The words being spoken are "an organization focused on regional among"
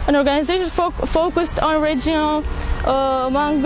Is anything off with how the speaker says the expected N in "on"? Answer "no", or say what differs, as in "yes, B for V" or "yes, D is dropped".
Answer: no